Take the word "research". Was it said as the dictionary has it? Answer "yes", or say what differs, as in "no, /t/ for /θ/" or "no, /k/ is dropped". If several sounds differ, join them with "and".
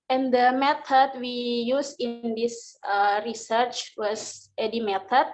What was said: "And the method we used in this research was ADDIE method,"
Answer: yes